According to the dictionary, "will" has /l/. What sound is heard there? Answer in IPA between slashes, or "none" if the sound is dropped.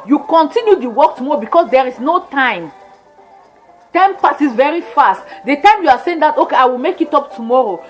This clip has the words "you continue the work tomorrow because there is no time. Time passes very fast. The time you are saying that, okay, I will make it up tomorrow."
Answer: /l/